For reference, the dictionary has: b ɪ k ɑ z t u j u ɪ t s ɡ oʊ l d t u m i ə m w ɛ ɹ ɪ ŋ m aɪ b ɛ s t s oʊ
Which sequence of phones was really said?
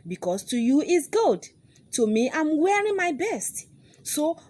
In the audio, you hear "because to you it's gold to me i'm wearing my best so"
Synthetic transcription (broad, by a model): b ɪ k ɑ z t u j u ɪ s ɡ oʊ d t u m i ə m w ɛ ɹ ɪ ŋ m aɪ b ɛ s t s oʊ